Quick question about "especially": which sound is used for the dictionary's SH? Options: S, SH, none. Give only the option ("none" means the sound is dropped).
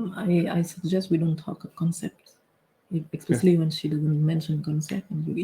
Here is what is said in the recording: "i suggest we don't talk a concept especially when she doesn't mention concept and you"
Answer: S